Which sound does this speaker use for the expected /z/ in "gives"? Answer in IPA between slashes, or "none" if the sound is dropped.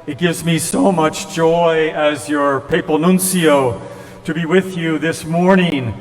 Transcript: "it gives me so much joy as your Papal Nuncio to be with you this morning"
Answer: /z/